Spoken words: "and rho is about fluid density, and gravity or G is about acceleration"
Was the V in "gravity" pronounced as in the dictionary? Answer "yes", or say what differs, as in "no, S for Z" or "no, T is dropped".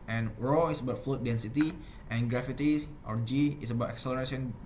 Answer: no, F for V